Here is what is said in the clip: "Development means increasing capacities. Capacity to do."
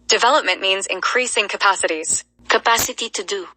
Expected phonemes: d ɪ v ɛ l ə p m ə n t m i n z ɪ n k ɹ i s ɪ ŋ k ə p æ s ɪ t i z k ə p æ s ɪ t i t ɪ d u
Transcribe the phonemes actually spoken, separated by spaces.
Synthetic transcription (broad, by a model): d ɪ v ɛ l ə p m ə n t m i n z ɪ n k ɹ i s ɪ ŋ k ə p æ s ɪ t i z k ə p æ s ɪ t i t ɪ d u